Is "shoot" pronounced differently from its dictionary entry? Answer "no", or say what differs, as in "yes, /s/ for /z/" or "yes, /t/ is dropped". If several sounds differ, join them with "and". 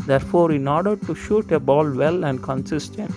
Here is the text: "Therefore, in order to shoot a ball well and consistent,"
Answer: no